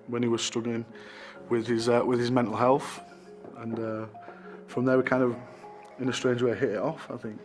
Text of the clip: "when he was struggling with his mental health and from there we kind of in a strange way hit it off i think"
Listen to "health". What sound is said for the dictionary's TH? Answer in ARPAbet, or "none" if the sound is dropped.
TH